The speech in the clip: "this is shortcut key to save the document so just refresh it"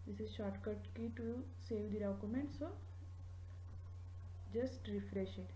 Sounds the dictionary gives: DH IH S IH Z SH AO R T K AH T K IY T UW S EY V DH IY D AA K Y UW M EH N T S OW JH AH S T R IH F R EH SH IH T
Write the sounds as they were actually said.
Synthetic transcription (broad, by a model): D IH S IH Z SH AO R T K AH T K IY T UW S EY V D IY D AA K Y UW M EH N T S OW JH AH S T R IH F R EH SH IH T